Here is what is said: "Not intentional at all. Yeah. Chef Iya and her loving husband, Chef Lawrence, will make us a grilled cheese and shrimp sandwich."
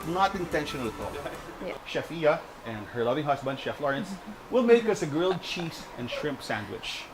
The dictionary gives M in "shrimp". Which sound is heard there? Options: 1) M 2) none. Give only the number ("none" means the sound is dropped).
1